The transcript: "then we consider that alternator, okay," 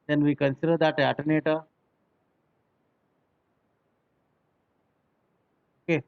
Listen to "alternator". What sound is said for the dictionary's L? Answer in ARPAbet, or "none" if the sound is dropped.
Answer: none